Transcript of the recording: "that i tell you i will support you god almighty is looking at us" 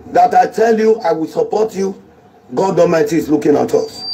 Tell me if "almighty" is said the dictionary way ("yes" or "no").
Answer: no